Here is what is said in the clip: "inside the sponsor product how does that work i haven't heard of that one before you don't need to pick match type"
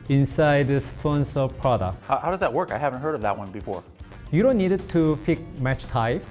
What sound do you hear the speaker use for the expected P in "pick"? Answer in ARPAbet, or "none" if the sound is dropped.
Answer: F